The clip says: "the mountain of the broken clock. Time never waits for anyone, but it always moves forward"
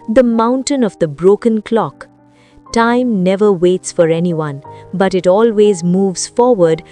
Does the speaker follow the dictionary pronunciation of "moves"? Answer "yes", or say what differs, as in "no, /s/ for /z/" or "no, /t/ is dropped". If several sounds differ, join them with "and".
yes